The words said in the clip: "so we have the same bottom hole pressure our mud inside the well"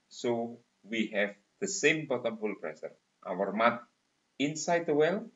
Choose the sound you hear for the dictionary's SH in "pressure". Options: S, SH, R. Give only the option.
S